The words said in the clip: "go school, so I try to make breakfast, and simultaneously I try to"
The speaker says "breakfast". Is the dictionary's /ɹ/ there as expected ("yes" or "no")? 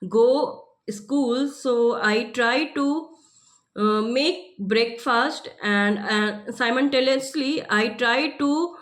yes